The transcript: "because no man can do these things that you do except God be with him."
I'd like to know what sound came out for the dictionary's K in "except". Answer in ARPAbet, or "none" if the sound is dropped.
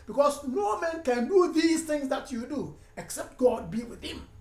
K